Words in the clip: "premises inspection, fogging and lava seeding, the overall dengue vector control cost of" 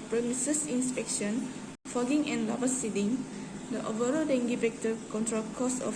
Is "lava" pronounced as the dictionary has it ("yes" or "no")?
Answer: no